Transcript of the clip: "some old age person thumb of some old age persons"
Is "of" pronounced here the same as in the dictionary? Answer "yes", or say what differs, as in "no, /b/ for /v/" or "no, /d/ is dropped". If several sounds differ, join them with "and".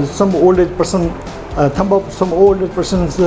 no, /p/ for /v/